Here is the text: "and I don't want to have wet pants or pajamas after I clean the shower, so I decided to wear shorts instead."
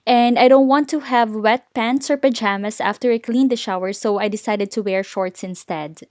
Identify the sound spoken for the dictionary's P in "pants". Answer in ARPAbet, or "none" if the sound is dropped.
P